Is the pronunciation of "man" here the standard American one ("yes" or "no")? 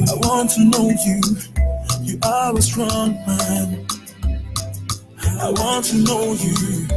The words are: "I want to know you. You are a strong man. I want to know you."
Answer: yes